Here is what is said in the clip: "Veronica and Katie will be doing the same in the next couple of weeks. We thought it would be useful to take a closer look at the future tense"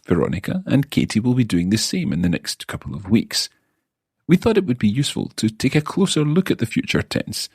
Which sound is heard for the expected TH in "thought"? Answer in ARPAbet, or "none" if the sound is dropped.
TH